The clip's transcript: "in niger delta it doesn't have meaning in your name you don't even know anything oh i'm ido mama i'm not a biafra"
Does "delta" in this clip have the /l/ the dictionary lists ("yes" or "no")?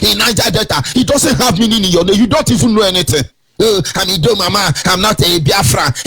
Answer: no